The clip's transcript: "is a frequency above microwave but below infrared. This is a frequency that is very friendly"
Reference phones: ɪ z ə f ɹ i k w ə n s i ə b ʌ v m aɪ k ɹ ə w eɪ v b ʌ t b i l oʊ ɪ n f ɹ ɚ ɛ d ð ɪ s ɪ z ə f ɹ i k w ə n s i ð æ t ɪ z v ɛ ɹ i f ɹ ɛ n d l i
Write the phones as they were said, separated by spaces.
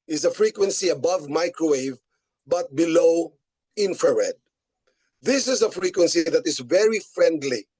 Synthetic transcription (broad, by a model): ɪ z ə f ɹ i k w ə n s i ə b ʌ v m aɪ k ɹ ə w eɪ v b ʌ t b i l oʊ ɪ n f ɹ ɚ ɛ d ð ɪ s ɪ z ə f ɹ i k w ə n s i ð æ t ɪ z v ɛ ɹ i f ɹ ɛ n d l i